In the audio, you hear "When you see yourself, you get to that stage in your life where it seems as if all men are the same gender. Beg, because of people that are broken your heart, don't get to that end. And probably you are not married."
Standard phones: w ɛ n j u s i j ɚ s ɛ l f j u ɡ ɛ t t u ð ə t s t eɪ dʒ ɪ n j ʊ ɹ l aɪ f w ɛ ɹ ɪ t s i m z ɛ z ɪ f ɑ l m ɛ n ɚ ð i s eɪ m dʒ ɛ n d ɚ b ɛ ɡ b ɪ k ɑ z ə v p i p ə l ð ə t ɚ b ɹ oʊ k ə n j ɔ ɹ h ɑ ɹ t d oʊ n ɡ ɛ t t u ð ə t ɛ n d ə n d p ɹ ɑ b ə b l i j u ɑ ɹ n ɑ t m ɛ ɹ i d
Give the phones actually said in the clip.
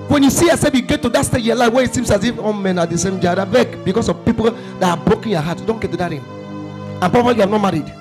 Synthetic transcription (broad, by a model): w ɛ n j u s i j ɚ s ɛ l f j u ɡ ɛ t t u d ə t s t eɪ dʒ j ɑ l aɪ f w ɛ ɪ t s i m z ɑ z ɪ f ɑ n m ɛ n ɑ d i s eɪ m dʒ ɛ d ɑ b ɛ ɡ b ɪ k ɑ s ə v p i p ə l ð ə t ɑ b ɹ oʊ k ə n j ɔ h ɑ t d oʊ n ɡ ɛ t t u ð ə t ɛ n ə n p ɹ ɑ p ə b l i j u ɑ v n ɑ t m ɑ ɹ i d